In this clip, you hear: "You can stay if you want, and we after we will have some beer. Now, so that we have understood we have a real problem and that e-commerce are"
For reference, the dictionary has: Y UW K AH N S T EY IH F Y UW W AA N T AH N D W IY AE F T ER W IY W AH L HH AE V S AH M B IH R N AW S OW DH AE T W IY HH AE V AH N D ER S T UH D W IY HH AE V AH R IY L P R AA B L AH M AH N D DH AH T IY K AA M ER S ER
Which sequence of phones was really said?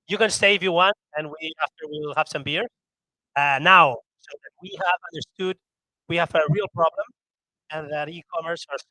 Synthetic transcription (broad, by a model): Y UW K AH N S T EY IH F Y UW W AA N T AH N W IY AE F T ER W IY L HH AE V S AH M B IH R N AW S OW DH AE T W IY HH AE V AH N D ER S T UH D W IY HH AE V AH R IY L P R AA B L AH M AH N DH AH T IY K AA M ER S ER